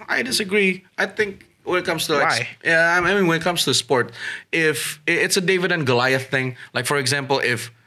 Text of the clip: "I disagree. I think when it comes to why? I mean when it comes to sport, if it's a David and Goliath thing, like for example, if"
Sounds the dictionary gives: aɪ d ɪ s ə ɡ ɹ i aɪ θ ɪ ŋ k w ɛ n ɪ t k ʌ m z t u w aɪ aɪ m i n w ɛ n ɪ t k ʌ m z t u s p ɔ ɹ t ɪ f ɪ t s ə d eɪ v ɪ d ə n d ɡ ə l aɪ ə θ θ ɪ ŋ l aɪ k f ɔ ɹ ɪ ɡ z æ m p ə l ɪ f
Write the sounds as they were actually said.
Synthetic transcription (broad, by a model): aɪ d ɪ s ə ɡ ɹ i aɪ θ ɪ ŋ k w ɛ n ɪ t k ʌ m s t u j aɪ aɪ m i n w ɛ n ɪ t k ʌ m s t u s p ɔ ɹ t ɪ f ɪ t s ə d eɪ v ɪ d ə n ɡ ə l aɪ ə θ θ ɪ ŋ l aɪ k f ɔ ɹ ɪ ɡ z æ m p ə l ɪ f